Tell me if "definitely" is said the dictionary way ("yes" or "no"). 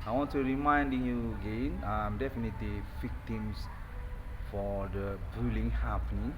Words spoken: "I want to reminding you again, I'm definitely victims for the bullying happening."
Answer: yes